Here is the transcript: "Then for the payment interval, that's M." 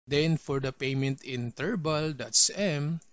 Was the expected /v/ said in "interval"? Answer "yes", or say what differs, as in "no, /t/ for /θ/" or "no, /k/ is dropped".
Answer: no, /b/ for /v/